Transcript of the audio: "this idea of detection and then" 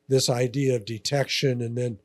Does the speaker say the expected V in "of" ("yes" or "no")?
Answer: yes